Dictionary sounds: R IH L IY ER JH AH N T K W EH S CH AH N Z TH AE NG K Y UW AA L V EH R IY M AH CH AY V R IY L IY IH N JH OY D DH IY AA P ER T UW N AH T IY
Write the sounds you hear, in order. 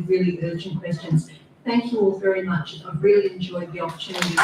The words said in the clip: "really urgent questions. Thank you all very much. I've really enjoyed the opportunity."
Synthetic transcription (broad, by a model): R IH L IY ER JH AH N K W EH S CH AH N Z TH AE NG K Y UW AA L V EH R IY M AH CH AY V R IY L IY IH N JH OY D DH IY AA P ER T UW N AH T IY